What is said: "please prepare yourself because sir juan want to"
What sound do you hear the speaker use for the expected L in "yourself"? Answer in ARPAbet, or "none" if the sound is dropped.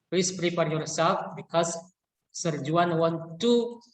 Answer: none